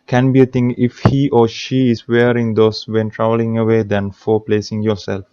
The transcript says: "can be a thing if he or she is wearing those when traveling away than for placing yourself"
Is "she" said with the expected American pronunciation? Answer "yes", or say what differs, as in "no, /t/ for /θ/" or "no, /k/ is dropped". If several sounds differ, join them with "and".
yes